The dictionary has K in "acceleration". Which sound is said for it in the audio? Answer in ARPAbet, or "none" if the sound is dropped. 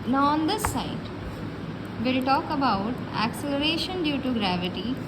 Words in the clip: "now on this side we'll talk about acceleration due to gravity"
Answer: K